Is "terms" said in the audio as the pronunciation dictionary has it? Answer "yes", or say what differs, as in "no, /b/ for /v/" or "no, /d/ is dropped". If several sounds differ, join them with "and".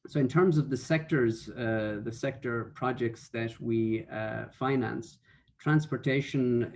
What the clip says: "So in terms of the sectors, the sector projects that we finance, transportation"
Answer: yes